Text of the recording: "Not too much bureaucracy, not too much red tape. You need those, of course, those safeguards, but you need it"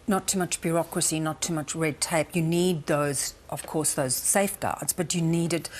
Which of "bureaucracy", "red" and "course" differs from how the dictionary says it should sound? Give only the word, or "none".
none